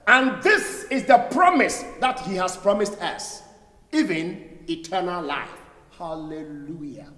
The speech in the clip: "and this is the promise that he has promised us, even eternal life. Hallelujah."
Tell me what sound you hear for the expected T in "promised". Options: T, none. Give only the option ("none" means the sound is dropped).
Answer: T